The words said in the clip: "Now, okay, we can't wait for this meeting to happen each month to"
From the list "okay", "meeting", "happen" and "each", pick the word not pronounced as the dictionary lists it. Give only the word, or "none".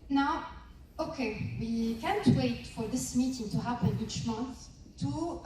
none